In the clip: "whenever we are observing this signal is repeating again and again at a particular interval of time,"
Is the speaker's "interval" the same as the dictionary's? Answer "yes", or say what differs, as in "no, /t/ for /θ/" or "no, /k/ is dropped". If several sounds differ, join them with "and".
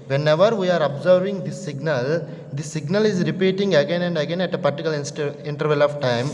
yes